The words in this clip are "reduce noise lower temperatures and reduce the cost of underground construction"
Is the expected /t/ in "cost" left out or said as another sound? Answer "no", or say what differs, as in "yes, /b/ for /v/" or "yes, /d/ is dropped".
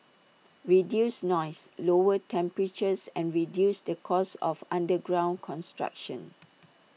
yes, /t/ is dropped